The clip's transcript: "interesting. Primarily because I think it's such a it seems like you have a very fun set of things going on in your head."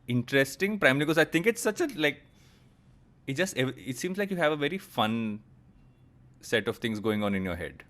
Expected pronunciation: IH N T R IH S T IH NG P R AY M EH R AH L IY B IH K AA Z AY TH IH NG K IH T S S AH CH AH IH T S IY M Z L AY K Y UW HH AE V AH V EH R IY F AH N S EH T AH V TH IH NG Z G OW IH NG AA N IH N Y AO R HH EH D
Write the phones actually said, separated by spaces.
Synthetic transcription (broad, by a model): IH N T R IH S T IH NG P R AY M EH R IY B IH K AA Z AY T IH NG K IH T S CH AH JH AH IH T S IY M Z L AY K Y UW HH AE V AH V EH R IY F AH N S EH T AH V T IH NG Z G OW IH NG AA N IH N Y AO R HH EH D